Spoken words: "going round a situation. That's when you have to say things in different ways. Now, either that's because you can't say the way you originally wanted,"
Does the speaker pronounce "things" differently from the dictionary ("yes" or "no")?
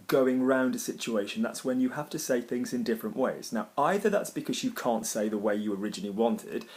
no